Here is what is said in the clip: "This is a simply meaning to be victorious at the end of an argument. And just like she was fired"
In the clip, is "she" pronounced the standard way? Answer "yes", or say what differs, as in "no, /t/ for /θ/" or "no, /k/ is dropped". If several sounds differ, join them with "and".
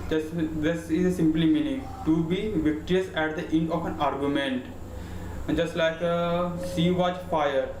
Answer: no, /s/ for /ʃ/